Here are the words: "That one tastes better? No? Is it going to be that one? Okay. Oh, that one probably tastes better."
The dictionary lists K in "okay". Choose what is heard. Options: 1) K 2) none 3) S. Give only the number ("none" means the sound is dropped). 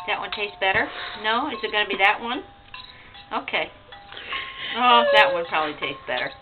1